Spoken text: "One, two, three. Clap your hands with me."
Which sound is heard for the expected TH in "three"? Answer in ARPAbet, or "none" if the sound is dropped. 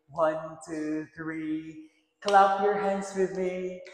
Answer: TH